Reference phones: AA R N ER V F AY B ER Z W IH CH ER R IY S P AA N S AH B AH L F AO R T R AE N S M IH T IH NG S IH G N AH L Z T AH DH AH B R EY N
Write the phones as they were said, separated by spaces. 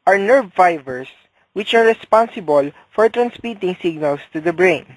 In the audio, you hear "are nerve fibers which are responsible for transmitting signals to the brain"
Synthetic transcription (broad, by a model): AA R N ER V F AY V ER S W IH CH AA R IY S P AA N S AH B AH L F AO R T R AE N S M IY T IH NG S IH G N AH L S T AH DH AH B R EY N